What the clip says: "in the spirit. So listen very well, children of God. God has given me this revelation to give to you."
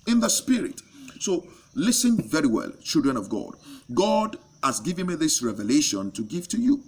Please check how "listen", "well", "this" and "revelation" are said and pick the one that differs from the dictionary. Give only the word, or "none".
none